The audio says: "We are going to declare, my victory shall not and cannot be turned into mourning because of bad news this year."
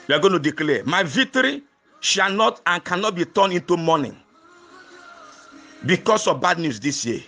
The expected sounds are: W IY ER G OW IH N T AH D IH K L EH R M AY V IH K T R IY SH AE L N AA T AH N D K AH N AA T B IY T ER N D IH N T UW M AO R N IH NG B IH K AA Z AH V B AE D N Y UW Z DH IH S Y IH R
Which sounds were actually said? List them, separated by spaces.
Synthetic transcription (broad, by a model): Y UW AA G OW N T AH D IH K L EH M AY V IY K T R IY SH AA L N AA T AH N K AH N AA T B IY T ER N IH N T UW M AO N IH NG B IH K AA S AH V B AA D N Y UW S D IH S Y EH